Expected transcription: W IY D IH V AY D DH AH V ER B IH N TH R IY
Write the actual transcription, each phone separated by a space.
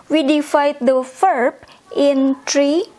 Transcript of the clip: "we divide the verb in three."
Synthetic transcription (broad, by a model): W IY D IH F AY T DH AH F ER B IH N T R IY